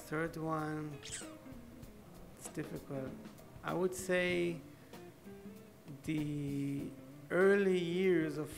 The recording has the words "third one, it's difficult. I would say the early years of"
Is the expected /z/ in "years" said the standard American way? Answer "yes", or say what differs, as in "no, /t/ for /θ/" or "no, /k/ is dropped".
yes